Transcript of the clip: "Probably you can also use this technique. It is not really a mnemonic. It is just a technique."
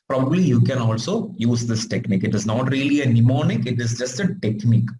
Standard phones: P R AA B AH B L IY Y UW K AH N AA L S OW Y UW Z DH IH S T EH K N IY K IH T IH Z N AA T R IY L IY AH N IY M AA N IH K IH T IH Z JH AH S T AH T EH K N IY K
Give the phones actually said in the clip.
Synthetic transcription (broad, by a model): P R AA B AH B L IY Y UW K AH N AA L S OW Y UW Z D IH S T EH K N IY K IH T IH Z N AA T R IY L IY AH N IY M AA N IH K IH T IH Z JH AH S T AH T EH K N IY K